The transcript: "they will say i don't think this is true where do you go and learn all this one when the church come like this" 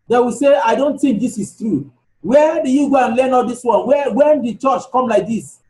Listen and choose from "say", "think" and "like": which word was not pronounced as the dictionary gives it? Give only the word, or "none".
think